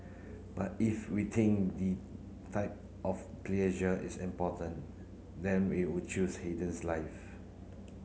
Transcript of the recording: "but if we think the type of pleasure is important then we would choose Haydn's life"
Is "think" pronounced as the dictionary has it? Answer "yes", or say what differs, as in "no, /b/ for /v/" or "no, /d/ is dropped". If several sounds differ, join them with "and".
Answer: no, /t/ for /θ/